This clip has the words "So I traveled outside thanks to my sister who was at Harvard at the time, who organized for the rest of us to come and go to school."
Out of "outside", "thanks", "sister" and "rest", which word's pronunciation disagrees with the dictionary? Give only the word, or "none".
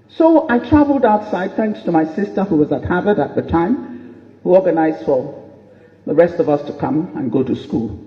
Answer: none